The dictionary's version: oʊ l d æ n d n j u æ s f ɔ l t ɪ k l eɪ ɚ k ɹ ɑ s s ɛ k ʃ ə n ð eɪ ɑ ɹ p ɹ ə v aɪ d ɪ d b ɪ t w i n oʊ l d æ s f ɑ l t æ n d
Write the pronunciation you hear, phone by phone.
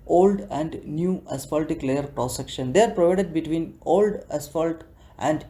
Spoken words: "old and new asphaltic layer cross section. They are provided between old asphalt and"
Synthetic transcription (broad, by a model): oʊ l d æ n d n j u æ s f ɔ l t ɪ k l eɪ ɚ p ɹ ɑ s s ɛ k ʃ ə n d eɪ ɑ ɹ p ɹ ə v aɪ d ɪ d b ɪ t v i n oʊ l d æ s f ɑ l t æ n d